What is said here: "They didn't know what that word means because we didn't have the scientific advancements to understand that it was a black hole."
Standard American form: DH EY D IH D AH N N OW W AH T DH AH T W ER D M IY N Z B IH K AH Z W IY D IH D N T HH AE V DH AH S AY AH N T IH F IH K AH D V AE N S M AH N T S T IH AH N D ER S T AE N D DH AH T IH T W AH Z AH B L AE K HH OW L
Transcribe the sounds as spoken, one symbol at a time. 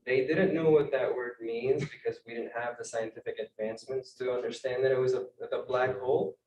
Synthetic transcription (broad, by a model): DH EY D IH D N N OW W AH T DH AH T W ER D M IY N Z B IH K AH Z W IY D IH D N T HH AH V DH AH S AY AH N T IH F IH K AH D V AE N S M AH N T S T IH AH N D ER S T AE N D DH AH T IH T W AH Z AH B L AE K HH OW L